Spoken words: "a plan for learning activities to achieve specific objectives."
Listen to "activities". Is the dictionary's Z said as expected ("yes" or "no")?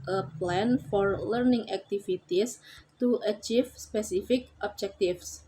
no